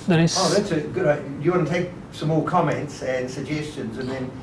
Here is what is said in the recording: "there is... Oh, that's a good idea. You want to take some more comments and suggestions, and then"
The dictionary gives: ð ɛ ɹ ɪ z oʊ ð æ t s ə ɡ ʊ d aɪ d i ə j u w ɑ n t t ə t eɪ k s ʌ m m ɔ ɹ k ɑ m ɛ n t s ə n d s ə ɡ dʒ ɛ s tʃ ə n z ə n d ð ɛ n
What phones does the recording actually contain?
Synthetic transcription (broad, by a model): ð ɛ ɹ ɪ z oʊ ð æ t s ə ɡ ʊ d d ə j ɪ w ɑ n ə t eɪ k s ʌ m m ɔ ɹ k ɑ m ɛ n t s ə n s ə ɡ dʒ ɛ s tʃ ə n z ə n ð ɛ n